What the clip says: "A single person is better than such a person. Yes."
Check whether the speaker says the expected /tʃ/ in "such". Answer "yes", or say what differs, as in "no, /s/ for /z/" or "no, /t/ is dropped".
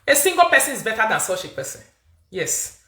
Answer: no, /ʃ/ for /tʃ/